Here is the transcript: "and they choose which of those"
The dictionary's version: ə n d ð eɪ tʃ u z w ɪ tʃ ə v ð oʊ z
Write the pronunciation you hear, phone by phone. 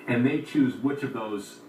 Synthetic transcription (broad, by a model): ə n ð eɪ tʃ u z w ɪ tʃ ə v ð oʊ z